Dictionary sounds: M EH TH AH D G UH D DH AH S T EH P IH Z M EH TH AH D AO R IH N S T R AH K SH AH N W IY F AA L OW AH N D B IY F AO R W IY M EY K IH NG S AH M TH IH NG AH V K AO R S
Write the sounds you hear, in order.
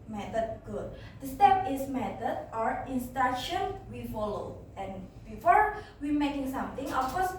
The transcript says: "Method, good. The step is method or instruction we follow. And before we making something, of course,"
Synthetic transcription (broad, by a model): M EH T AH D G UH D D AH S T EH P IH S M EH T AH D AO R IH N S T AA SH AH N W IY F AA L OW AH N B IY F AO R W IY M EY K IH NG S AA M T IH NG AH F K AO S